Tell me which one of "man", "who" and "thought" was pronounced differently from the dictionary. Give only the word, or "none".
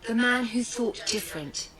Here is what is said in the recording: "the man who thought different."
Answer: none